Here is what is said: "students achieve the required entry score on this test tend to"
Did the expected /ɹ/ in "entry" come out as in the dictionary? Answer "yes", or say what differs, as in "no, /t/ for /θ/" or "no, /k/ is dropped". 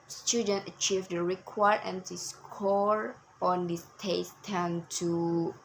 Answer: no, /ɹ/ is dropped